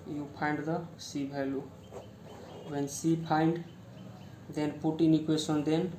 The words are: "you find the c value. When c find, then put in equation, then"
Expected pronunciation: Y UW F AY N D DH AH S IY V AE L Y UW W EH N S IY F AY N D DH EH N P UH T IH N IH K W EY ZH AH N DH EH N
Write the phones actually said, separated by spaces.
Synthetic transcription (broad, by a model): Y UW P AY N D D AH S IY B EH L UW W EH N S IY P AY N D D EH N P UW T IH N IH K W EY S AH N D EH N